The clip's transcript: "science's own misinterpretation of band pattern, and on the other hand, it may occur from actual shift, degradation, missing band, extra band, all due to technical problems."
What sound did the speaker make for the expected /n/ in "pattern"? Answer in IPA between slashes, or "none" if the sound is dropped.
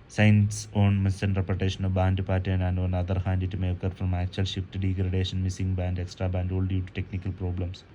none